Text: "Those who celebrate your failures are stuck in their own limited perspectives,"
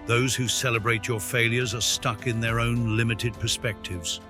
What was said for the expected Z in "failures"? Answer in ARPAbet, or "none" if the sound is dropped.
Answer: Z